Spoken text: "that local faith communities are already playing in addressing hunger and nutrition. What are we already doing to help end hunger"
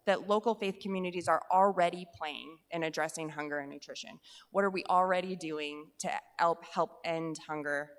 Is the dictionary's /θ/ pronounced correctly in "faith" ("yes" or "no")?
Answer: yes